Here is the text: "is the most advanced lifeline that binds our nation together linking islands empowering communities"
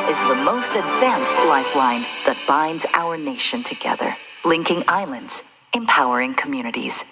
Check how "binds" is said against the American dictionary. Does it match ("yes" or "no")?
yes